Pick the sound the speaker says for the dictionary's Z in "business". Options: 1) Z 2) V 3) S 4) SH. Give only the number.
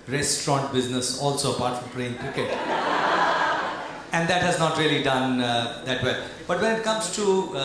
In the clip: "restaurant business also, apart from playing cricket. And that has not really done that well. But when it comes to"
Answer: 1